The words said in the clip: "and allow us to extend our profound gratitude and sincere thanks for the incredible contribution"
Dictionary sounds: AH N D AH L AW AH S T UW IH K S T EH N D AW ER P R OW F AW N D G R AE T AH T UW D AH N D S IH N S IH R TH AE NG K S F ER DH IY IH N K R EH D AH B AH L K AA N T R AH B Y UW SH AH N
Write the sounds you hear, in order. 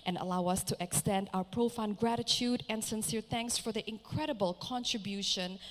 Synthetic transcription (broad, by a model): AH N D AH L AW AH S T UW IH K S T EH N D AW ER P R OW F AW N G R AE T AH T UW D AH N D S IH N S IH R TH AE NG K S F ER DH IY IH N K R EH D AH B AH L K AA N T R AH B Y UW SH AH N